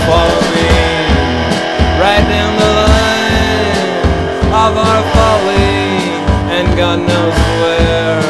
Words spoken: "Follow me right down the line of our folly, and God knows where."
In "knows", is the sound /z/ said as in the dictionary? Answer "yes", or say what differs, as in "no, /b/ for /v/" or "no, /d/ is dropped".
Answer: no, /s/ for /z/